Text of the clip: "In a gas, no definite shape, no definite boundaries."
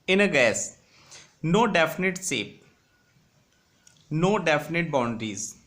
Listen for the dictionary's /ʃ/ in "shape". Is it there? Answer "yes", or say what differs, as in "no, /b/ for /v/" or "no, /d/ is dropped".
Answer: no, /s/ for /ʃ/